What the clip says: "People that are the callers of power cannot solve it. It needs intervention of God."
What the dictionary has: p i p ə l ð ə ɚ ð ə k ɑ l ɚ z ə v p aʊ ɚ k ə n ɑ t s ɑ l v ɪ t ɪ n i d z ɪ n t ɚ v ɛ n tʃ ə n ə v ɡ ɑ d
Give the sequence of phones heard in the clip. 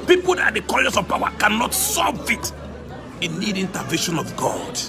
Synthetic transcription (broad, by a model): p i p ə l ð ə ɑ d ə k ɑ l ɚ s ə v p aʊ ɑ k ə n ɑ t s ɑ v ɪ t ɪ n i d ɪ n t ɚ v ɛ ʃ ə n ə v ɡ ɑ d